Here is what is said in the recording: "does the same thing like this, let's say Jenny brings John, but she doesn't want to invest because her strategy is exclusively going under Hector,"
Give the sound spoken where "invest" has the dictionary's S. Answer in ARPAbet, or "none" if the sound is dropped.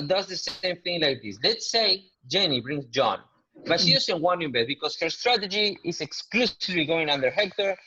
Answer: none